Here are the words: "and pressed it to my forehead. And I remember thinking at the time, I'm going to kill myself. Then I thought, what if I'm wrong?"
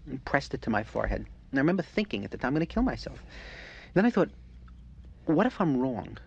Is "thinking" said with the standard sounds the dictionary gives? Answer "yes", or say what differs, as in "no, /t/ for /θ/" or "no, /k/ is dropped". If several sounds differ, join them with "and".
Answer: yes